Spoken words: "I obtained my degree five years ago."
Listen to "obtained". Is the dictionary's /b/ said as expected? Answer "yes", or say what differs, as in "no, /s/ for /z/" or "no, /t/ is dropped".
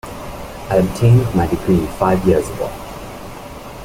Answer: yes